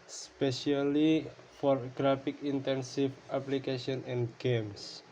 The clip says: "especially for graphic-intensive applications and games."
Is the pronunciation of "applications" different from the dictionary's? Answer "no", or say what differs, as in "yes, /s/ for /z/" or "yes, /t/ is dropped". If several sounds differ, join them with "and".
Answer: yes, /z/ is dropped